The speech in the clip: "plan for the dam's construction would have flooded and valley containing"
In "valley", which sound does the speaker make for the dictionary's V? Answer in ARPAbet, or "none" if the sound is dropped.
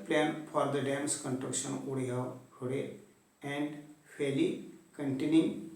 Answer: F